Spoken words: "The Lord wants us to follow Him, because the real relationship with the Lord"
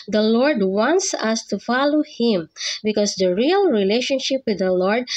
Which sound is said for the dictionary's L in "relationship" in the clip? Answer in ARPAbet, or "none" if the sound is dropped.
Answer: L